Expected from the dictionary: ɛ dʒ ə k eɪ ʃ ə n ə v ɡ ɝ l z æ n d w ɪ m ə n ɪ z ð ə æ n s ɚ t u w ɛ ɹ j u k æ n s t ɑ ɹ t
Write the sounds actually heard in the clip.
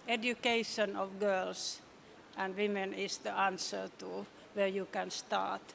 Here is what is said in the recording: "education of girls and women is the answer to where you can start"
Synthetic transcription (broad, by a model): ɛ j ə k eɪ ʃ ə n ə v ɡ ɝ l s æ n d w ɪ m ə n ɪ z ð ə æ n s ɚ t u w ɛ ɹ j u k æ n s t ɑ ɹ t